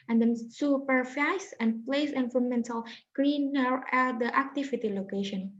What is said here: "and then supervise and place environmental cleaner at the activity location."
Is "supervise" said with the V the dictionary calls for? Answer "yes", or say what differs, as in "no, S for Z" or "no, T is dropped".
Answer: no, F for V